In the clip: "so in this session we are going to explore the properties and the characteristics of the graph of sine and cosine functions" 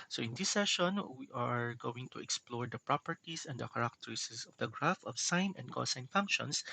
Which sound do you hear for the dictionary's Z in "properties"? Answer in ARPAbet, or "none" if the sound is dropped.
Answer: S